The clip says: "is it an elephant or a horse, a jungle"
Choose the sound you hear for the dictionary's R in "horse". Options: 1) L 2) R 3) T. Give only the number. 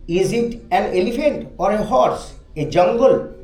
2